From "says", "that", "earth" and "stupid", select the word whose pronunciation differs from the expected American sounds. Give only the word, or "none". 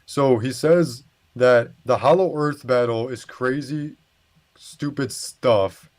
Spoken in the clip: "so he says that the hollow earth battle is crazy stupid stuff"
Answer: none